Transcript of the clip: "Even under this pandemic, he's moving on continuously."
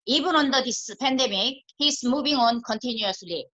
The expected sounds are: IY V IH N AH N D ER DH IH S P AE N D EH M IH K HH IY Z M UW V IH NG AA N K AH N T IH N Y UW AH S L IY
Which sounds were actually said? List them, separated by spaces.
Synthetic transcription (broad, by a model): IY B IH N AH N D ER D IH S P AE N D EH M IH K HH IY S M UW B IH NG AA N K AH N T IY N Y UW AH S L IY